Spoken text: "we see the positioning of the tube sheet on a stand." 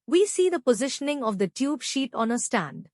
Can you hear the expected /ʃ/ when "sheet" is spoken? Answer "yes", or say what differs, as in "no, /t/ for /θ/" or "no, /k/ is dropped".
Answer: yes